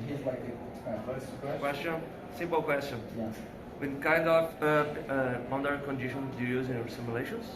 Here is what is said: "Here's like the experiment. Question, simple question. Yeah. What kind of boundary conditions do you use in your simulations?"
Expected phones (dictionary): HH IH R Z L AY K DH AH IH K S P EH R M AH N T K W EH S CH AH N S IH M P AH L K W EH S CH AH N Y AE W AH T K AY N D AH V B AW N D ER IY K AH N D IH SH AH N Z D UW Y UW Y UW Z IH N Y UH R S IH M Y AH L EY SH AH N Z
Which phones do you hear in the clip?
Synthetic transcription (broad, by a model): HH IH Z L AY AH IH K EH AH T K W EH S CH AH N S IH M P AH L K W EH S CH AH N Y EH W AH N K AY N D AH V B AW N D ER K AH N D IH SH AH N D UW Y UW Y UW Z IH N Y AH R S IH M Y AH L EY SH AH N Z